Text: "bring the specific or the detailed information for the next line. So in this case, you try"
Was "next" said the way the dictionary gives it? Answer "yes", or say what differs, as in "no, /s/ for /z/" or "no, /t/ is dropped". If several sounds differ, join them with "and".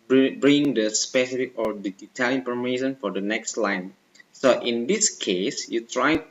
yes